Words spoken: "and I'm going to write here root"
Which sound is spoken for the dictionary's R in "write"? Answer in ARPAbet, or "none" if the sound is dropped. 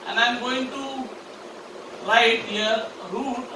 L